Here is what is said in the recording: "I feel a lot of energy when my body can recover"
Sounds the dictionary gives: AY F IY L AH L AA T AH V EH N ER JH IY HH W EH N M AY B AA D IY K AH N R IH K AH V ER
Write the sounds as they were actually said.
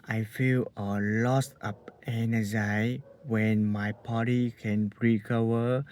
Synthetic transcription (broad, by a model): AY F IY L AH L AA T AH P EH N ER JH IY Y W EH N M AY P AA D IY K AH N R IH K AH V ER